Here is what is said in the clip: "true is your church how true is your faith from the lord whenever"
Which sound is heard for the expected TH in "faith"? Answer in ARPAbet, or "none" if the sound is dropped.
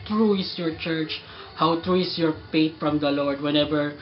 T